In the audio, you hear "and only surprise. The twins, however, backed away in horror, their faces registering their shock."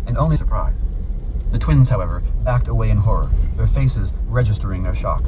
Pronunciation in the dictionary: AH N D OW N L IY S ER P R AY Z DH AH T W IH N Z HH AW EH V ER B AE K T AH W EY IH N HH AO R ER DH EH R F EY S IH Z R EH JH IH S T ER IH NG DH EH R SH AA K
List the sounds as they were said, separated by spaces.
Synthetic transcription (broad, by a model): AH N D OW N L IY S ER P R AY Z DH AH T W IH N Z HH AW EH V ER B AE K T AH W EY IH N HH AO R ER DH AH R F EY S IH Z R EH JH IH S T ER IH NG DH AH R SH AA K